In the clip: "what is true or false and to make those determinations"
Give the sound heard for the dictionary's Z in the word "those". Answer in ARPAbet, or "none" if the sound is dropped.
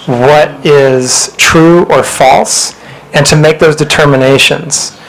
Z